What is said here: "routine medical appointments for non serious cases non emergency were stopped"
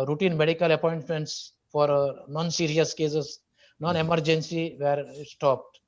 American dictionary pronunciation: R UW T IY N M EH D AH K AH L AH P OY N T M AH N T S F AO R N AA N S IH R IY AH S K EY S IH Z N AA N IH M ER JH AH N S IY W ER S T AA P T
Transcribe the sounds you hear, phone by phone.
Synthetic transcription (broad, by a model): R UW T IY N M EH D AH K AH L AH P OY N T M AH N T S F AO R N AA N S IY R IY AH S K EY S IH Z N AA N IH M ER JH AH N S IY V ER S T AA P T